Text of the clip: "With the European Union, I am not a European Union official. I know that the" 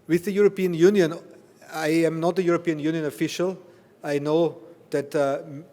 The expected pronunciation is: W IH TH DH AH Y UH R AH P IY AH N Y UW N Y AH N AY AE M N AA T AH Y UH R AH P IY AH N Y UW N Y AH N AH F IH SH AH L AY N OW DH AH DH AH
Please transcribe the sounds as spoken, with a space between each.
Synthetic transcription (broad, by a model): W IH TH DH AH Y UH R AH P IY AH N Y UW N Y AH N AY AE M N AA T AH Y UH R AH P IY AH N Y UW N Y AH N AH F IH SH AH L AY N OW DH AH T